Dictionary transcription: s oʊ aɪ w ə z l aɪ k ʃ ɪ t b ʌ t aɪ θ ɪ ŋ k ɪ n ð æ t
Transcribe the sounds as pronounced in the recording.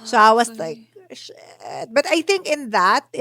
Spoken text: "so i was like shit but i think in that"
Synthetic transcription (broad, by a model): s oʊ aɪ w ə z l aɪ k ʃ ɪ t b ʌ t aɪ θ ɪ ŋ k ɪ n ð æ t